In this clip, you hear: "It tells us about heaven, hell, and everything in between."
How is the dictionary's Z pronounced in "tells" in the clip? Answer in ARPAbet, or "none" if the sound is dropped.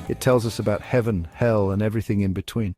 Z